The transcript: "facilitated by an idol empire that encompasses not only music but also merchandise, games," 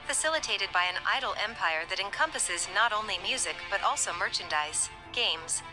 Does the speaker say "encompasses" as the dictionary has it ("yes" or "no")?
yes